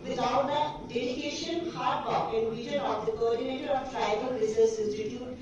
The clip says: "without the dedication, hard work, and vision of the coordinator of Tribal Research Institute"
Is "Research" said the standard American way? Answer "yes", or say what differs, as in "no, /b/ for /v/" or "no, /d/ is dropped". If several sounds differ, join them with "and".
no, /s/ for /tʃ/